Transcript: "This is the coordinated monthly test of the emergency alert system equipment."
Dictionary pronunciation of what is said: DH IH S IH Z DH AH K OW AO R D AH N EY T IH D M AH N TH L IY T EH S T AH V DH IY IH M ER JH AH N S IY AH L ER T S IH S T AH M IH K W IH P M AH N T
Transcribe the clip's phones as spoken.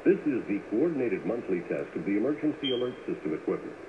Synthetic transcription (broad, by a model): DH IH S IH Z DH AH K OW AO R D N EY T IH D M AH N TH L IY T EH S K AH V DH IY IH M ER JH AH N S IY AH L ER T S IH S T AH M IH K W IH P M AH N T